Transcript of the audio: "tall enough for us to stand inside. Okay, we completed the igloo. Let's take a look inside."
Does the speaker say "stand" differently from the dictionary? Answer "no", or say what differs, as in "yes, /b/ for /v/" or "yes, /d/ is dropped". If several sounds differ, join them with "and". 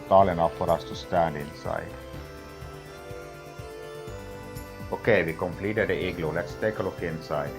yes, /d/ is dropped